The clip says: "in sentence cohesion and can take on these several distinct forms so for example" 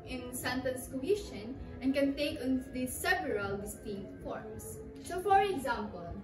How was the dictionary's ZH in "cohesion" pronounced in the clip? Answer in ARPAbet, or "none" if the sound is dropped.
SH